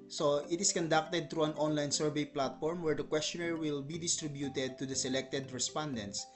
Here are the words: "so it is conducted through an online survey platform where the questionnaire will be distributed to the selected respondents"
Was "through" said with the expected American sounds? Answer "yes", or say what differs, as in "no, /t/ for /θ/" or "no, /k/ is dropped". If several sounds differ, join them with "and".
no, /t/ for /θ/